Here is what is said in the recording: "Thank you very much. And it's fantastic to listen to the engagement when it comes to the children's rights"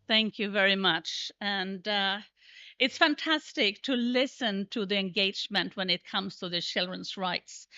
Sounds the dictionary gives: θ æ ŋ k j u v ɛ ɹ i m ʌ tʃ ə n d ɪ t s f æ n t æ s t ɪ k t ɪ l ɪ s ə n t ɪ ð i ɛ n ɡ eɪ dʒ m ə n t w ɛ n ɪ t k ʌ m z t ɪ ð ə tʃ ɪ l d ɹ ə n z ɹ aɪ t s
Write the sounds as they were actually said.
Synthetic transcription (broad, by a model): θ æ ŋ k j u v ɛ ɹ i m ʌ tʃ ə n d ɪ t s f æ n t æ s t ɪ k t ɪ l ɪ s ə n t ɪ ð i ɛ n ɡ eɪ dʒ m ə n t w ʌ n ɪ t k ʌ m z t ɪ ð ə tʃ ɪ l d ɹ ə n z ɹ aɪ t s